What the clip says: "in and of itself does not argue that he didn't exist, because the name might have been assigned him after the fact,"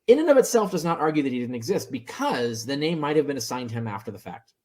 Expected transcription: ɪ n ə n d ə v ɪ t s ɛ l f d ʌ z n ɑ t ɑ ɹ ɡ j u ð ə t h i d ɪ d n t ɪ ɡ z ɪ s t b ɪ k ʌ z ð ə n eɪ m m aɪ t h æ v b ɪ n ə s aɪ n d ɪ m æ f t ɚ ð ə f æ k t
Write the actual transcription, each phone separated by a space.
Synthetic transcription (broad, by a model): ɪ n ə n ə v ɪ t s ɛ l f d ʌ z n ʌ t ɑ ɹ ɡ j u ð ə t h i d ɪ d n t ɪ ɡ z ɪ s t b ɪ k ʌ z ð ə n eɪ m m aɪ t h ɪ v b ɪ n ə s aɪ n d ɪ m æ f t ɚ ð ə f æ k t